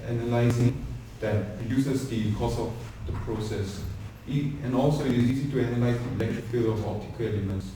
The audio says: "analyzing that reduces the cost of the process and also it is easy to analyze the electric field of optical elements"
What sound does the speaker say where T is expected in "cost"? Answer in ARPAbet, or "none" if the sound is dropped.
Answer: none